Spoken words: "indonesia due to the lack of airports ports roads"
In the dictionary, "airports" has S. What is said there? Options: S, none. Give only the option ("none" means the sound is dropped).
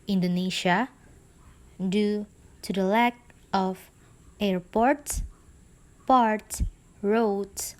none